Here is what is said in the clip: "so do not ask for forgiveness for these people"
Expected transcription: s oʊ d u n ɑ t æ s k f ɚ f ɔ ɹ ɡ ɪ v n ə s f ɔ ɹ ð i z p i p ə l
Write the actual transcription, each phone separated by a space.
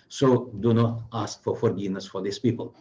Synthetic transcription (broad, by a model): s oʊ d u n ɑ t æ s k f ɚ f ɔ ɹ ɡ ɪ n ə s f ɔ ɹ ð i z p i p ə l